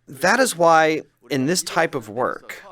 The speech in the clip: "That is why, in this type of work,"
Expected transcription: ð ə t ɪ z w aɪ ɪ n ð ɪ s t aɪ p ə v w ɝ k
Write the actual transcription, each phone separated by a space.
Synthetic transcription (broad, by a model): ð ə t ɪ z w aɪ ɪ n ð ɪ s t aɪ p ə v w ɝ k